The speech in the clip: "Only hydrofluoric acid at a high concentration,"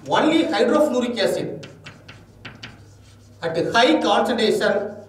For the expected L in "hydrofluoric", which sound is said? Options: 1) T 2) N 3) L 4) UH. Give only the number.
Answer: 2